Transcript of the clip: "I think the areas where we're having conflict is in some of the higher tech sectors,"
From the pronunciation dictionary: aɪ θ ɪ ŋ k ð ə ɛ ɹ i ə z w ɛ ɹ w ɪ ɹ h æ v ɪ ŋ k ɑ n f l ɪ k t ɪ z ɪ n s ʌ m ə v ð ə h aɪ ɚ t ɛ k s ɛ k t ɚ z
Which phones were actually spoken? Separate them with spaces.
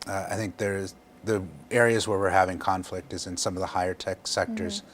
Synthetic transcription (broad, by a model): aɪ θ ɪ ŋ k ð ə ɛ ɹ i ə z w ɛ ɹ w ɪ ɹ h æ v ɪ ŋ k ɑ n f l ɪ k t ɪ z ɪ n s ʌ m ə v ð ə h aɪ ɚ t ɛ k s ɛ k t ɚ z